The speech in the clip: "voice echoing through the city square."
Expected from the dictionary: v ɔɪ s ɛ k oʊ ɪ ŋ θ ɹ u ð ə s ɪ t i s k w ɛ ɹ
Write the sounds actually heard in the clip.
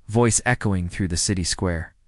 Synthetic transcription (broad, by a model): v ɔɪ s ɛ k oʊ ɪ ŋ θ ɹ u ð ə s ɪ t i s k w ɛ ɹ